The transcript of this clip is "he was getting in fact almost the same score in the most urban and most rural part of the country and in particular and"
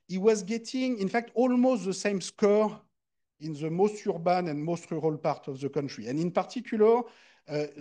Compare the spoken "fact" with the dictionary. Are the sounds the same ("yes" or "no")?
yes